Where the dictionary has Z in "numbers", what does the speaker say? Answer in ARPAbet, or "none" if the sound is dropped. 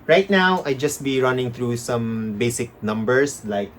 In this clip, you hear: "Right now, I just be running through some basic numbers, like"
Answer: S